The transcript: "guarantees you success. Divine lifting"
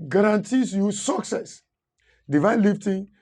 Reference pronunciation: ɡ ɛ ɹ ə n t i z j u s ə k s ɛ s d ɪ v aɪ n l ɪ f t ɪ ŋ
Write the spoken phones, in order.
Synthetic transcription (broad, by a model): ɡ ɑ ɹ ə n t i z j u s ə k s ɛ s d ɪ v aɪ n l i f t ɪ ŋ